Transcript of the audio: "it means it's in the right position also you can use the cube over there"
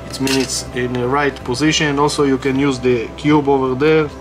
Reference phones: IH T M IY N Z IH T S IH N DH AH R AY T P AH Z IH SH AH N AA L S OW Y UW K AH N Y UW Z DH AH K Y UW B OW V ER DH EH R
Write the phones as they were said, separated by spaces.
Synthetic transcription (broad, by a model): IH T M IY N IH T S IH N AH R AY T P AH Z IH SH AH N AA L S OW Y UW K AH N Y UW Z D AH K Y UW B OW V ER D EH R